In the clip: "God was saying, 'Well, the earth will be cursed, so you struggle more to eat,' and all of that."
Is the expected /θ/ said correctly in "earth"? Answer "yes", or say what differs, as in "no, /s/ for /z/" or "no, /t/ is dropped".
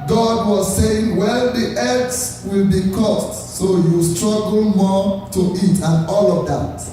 no, /s/ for /θ/